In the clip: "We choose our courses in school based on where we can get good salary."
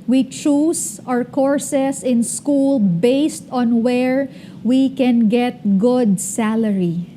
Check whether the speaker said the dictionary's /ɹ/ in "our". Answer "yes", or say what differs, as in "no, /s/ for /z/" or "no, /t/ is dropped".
yes